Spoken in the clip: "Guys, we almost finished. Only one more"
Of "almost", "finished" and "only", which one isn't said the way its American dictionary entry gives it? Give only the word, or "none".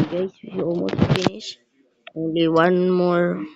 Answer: finished